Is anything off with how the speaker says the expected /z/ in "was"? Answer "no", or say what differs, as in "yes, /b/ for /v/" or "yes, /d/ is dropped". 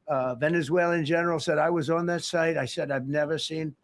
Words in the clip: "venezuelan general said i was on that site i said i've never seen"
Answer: no